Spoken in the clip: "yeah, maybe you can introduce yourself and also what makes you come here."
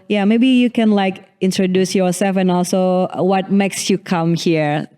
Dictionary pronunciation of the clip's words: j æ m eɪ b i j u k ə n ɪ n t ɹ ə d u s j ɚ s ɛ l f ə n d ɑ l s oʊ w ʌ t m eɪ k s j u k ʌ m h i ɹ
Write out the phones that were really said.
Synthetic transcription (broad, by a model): j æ m eɪ b i j u k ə n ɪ n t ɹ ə d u s j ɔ s ɛ l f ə n ɑ l s oʊ w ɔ t m eɪ k s j u k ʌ m h i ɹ